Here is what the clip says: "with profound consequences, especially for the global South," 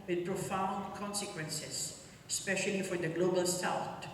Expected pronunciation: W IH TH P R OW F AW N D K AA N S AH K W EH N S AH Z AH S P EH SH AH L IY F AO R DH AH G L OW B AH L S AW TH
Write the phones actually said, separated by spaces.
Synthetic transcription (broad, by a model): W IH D P R OW F AW N D K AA N S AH K W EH N S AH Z AH S P EH SH AH L IY F AO R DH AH G L OW B AH L S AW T